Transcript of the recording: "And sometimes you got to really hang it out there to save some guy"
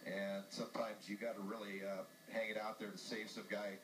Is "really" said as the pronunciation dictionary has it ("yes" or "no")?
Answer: no